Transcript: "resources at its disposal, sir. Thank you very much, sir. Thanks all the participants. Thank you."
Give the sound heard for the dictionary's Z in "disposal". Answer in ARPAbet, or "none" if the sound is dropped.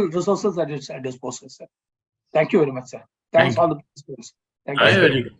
S